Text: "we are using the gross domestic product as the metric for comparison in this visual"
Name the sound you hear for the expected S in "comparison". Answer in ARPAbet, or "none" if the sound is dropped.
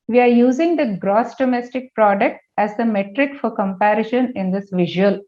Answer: SH